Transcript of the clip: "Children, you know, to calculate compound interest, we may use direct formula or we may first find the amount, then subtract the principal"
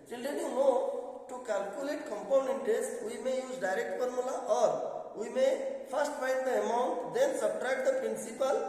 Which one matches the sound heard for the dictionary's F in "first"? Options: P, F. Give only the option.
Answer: P